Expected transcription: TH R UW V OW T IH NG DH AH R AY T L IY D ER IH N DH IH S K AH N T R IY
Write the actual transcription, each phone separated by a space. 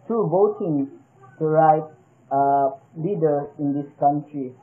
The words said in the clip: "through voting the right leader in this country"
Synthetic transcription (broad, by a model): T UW B OW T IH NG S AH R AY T L IY D ER IH N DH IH S K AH N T R IY